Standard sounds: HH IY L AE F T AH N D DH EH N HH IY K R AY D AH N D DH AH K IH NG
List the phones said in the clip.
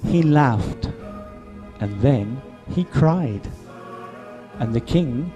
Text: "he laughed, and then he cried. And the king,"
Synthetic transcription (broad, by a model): HH IY L AE F T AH N DH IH N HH IY K R AY D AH N DH AH K IH NG